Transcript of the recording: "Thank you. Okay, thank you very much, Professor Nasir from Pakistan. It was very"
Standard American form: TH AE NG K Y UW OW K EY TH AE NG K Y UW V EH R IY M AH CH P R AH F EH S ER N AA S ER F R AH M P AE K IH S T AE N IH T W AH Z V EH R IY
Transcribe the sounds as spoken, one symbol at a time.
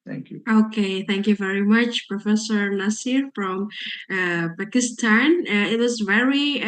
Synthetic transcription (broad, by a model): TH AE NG K Y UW OW K EY TH AE NG K Y UW V EH R IY M AH CH P R AH F EH S ER L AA S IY F R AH M P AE K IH S T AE N IH T W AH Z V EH R IY